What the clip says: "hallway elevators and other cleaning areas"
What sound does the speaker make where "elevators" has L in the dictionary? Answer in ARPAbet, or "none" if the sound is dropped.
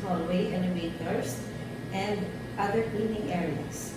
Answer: N